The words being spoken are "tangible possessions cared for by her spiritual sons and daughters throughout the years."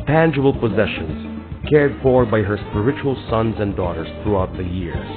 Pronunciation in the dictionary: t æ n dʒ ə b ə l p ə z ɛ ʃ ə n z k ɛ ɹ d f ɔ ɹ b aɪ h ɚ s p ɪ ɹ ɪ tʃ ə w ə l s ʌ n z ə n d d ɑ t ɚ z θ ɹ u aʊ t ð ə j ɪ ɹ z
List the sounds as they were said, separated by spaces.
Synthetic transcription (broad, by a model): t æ n dʒ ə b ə l p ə z ɛ ʃ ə n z k ɛ ɹ d f ɔ ɹ b aɪ h ɚ s p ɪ ɹ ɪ tʃ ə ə l s ʌ n z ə n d d ɑ t ɚ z θ ɹ u aʊ t ð ə j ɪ ɹ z